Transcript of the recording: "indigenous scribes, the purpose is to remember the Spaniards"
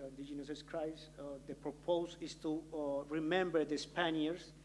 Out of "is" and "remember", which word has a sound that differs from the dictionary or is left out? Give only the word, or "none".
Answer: is